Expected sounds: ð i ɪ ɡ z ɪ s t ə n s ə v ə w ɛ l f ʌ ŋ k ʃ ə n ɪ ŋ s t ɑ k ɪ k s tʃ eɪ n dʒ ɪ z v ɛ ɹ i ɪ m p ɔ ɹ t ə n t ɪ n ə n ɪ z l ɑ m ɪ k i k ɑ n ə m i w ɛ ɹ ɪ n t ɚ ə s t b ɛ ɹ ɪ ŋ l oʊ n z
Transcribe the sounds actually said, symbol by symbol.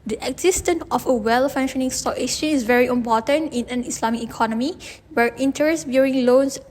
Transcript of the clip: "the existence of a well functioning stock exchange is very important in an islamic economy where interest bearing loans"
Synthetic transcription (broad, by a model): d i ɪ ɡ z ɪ s t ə n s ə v ə w ɛ l f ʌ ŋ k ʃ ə n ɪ ŋ s t ɑ k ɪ s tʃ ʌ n ɪ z v ɛ ɹ i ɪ m p ɔ t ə n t ɪ n ə n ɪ s l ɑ m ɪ k i k ɑ n ə m i w ɛ ɹ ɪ n t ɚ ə s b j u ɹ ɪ ŋ l oʊ n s